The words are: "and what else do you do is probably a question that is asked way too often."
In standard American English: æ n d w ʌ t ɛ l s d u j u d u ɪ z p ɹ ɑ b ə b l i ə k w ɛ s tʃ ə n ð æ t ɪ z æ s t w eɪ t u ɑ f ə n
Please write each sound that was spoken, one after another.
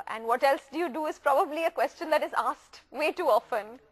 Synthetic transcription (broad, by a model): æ n d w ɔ t ɛ l s d u j u d u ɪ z p ɹ ɑ b ə b l i ə k w ɛ s tʃ ə n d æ t ɪ z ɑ s t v eɪ t u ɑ f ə n